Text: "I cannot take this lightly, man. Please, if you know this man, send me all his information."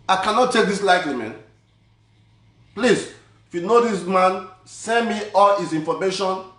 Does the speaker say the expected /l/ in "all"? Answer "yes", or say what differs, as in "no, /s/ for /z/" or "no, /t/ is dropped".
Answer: yes